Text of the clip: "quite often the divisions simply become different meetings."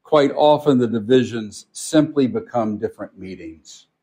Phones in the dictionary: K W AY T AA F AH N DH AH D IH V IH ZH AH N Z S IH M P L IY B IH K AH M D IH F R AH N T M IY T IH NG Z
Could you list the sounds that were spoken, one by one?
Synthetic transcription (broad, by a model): K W AY T AA F AH N DH AH D IH V IH ZH AH N Z S IH M P L IY B IH K AH M D IH F R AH N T M IY T IH NG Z